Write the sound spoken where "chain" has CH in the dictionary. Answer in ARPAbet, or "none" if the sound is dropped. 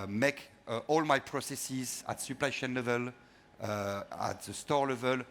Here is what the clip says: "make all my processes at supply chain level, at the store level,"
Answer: SH